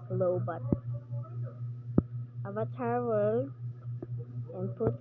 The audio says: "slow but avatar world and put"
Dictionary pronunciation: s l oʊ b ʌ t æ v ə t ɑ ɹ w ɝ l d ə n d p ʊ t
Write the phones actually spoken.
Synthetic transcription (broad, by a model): l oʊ b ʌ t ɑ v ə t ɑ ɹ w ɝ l ə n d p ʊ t